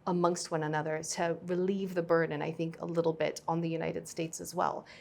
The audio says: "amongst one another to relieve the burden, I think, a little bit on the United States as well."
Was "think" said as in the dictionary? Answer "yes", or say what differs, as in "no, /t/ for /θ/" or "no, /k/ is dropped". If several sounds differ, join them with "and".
yes